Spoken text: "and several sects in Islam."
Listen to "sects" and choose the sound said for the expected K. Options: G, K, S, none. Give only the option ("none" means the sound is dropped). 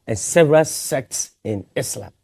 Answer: K